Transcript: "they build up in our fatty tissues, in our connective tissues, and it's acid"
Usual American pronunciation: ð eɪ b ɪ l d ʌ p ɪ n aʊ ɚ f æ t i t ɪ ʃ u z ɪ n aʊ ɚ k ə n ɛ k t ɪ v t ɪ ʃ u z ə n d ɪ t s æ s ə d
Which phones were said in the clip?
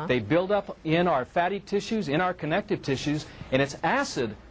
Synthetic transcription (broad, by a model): ð eɪ b ɪ l d ʌ p ɪ n aʊ ɚ f æ t i t ɪ ʃ u z ɪ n aʊ ɚ k ə n ɛ k t ɪ v t ɪ ʃ u z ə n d ɪ t s æ s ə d